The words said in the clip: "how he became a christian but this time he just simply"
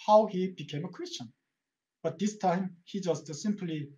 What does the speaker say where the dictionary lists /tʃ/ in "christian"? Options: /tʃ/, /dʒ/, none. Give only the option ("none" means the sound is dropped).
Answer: /tʃ/